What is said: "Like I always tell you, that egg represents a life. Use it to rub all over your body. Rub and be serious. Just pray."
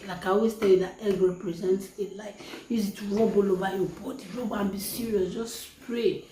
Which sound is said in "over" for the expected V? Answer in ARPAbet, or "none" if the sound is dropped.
B